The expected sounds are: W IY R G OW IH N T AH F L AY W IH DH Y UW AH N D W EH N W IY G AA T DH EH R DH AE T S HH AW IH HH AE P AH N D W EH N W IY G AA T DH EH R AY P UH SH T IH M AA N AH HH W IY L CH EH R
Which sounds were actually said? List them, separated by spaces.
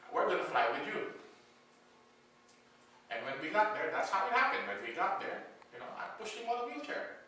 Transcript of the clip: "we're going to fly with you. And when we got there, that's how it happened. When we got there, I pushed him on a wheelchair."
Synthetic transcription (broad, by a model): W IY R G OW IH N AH F L AY W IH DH Y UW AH N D W EH N W IY G AA T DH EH R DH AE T S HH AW IH HH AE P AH N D W EH N W IY G AA T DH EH R AY P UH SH IH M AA L AH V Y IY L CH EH R